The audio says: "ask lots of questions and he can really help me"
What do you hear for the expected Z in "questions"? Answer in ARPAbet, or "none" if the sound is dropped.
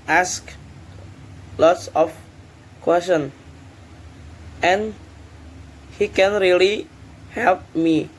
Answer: none